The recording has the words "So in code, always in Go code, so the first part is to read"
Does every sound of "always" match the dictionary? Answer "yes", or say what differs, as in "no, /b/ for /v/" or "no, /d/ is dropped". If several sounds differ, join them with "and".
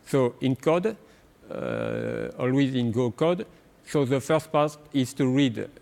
yes